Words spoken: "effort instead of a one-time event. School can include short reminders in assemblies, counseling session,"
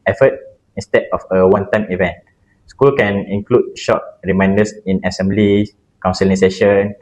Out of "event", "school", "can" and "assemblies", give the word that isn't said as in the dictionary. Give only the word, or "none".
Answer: assemblies